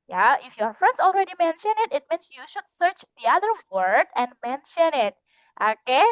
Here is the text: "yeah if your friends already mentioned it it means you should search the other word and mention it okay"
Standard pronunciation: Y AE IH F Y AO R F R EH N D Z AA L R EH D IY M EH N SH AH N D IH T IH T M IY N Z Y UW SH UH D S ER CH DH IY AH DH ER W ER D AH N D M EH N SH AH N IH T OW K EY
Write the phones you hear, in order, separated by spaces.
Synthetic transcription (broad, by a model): Y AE IH F Y AO R F R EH N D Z AA L R EH D IY M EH N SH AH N IH T IH T M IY N S Y UW SH UH D S ER CH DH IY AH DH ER W ER D AH N D M EH N SH AH N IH T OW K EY